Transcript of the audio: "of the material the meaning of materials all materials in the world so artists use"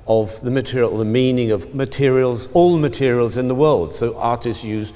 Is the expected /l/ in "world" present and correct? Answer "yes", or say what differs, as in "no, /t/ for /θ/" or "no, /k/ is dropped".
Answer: yes